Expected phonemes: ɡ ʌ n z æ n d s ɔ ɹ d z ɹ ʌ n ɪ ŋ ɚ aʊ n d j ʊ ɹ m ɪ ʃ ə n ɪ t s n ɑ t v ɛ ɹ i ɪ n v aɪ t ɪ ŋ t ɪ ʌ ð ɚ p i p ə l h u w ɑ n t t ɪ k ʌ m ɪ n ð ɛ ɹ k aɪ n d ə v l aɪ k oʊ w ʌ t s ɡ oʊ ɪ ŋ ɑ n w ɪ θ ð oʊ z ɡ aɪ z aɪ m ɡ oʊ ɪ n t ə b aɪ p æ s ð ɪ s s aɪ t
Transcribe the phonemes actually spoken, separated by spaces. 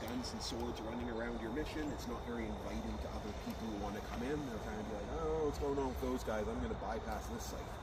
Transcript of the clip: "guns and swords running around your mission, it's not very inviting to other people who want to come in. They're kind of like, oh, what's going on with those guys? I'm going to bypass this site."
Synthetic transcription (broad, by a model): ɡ ʌ n z n s ɔ ɹ d z ɹ ʌ n ɪ ŋ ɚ aʊ n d j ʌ ɹ m ɪ ʃ ə n ɪ t s n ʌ t v ɛ ɹ i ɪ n v aɪ t ɪ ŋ t ɪ ʌ ð ɚ p i p l h u w ɑ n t t ɪ k ʌ m ɪ n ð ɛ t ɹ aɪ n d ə b l aɪ k oʊ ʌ t s ɡ oʊ ɪ ŋ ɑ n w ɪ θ ð oʊ z ɡ aɪ z aɪ m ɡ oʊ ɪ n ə b aɪ p æ s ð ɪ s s aɪ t